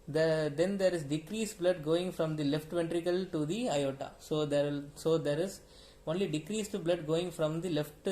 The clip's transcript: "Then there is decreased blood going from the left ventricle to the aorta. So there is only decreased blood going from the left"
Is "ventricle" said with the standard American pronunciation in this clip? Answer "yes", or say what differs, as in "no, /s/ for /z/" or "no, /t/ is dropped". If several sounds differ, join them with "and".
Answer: yes